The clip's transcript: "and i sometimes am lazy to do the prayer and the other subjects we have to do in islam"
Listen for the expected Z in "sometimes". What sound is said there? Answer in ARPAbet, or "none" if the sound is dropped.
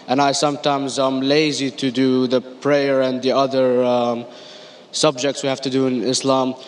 Z